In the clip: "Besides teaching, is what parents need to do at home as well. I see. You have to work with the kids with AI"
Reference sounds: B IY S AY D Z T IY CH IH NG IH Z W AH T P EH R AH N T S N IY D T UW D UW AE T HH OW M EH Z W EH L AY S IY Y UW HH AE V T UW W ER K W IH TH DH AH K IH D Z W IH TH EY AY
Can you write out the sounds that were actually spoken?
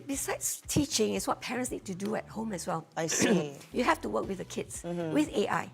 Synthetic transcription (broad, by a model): B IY S AY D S T IY CH IH NG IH S W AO T P EH R AH N T S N IY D T UW D UW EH T HH OW M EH S W EH L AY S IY Y UW HH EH F T UW W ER K W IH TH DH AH K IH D S W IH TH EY AY